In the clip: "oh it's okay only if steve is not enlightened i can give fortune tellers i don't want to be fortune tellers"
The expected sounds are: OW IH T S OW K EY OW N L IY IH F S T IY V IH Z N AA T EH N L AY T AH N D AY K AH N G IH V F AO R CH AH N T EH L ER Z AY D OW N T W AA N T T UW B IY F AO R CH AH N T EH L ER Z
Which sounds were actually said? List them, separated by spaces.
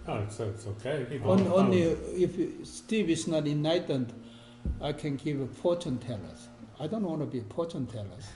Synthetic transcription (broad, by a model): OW IH T S OW K EY OW N L IY IH F S T IY V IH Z N AA T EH N AY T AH N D AY K AH N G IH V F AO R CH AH N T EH L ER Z AY D OW N T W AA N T T UW B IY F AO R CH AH N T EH L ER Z